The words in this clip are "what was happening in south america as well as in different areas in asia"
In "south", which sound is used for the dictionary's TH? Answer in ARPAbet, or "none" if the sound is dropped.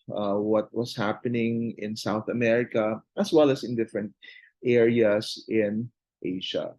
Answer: TH